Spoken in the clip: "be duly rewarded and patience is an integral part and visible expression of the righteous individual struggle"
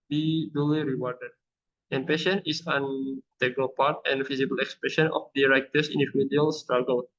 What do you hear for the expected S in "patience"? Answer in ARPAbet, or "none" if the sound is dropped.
none